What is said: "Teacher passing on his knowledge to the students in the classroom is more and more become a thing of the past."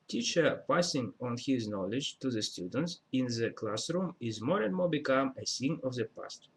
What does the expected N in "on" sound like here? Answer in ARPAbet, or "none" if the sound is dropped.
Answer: N